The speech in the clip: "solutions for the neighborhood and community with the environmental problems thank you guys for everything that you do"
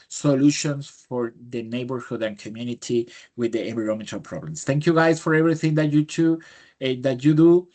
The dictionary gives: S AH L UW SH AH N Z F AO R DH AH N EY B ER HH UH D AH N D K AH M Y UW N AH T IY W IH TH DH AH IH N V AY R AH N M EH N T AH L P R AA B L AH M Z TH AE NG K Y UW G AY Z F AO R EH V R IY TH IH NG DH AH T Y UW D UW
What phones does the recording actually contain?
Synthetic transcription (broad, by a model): S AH L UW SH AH N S F AO R DH AH N EY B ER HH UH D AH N K AH M Y UW N AH T IY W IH DH AH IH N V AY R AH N M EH N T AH L P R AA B L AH M S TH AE NG K Y UW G AY S F AO R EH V R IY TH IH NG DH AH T Y UW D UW